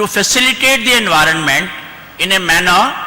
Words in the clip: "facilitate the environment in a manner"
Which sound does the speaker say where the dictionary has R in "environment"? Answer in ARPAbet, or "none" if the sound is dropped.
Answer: R